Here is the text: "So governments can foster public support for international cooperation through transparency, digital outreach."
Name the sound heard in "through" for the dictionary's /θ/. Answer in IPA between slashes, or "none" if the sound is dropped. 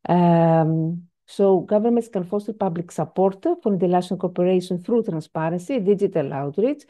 /θ/